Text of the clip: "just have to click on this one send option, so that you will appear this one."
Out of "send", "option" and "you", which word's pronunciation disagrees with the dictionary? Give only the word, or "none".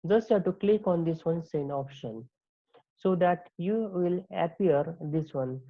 send